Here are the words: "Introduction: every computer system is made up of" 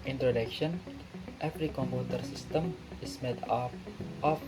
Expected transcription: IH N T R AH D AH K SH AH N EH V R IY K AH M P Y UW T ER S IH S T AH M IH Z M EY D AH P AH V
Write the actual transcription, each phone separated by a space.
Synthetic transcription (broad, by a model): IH N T R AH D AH K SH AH N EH F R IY K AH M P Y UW T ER S IH S T AH M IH S M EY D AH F